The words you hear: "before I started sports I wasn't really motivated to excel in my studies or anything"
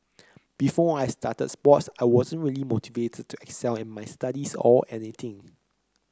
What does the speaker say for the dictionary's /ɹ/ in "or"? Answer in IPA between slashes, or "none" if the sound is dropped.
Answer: /l/